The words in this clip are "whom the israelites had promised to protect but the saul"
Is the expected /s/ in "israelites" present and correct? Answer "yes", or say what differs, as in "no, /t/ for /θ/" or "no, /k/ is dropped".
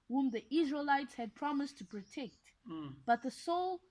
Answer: yes